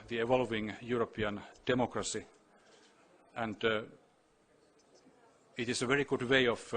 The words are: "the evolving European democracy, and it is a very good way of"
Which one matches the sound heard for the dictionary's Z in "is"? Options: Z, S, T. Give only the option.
S